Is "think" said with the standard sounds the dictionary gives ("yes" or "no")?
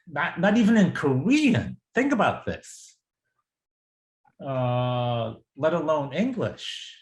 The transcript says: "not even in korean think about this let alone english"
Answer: yes